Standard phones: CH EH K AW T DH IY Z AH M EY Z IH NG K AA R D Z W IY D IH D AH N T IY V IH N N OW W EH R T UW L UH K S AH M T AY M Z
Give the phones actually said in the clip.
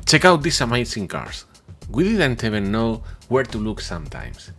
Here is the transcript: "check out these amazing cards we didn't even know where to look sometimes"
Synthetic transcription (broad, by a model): CH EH K AW T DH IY S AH M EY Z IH NG K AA R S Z W IY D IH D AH N T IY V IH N N OW W EH R T UW L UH K S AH M T AY M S